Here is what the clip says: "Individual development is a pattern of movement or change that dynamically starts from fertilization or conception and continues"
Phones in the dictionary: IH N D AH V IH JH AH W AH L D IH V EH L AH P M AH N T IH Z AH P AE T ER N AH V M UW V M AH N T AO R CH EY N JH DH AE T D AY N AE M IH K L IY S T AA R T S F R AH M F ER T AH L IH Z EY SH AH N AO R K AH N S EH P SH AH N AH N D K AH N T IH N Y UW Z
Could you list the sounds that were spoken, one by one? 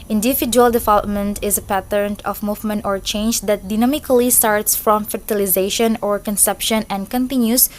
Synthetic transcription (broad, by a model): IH N D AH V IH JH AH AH L D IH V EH L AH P M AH N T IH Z AH P AE T ER N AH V M UW V M AH N T AO R CH EY N JH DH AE T D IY N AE M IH K L IY S T AA R T S F R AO M F ER T AH L IH Z EY SH AH N AO R K AH N S EH P SH AH N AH N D K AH N T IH N Y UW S